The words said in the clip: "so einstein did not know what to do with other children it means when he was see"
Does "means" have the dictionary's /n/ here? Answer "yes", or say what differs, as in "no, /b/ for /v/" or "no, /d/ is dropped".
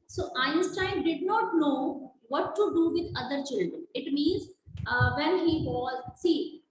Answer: yes